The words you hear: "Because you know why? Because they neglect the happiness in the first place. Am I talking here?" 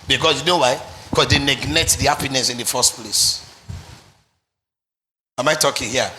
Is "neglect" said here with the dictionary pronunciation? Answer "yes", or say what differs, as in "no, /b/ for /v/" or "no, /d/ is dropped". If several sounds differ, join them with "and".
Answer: no, /n/ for /l/ and /k/ is dropped